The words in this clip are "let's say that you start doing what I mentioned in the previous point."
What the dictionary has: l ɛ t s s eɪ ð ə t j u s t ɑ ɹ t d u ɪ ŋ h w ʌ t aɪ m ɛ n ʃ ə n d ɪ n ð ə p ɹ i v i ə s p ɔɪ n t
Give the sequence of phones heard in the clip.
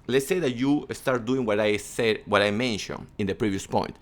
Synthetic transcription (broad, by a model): l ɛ t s s eɪ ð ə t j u s t ɑ ɹ t d u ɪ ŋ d w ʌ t aɪ m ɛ n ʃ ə n ɪ n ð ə p ɹ i v i ə s p ɔɪ n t